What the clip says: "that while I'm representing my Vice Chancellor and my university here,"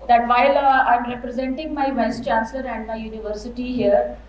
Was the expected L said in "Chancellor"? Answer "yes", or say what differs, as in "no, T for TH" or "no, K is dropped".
yes